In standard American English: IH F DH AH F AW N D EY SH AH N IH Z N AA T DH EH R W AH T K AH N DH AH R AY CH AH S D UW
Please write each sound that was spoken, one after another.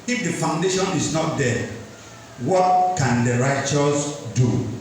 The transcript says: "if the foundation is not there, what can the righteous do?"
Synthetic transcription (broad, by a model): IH F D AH F AW N D EY SH AH N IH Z N AA T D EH W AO T K AH N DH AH R AY CH AH S D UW